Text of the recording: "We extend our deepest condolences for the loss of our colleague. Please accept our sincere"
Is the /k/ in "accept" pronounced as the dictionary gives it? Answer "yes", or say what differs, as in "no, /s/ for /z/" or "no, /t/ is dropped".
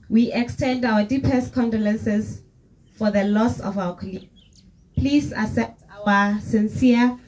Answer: no, /k/ is dropped